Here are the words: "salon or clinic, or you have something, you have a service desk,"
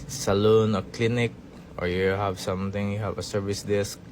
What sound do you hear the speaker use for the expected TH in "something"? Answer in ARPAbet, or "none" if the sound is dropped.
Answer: T